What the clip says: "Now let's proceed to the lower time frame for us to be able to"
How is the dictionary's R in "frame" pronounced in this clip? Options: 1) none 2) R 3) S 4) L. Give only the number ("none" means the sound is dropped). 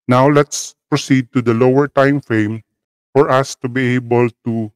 1